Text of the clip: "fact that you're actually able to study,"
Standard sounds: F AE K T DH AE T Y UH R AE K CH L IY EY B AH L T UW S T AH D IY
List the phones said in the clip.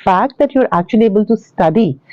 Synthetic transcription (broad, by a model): F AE K T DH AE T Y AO R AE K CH IY EY B AH L T UW S T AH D IY